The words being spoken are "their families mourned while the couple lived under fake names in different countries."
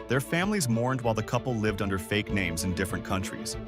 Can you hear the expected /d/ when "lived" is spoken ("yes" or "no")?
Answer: yes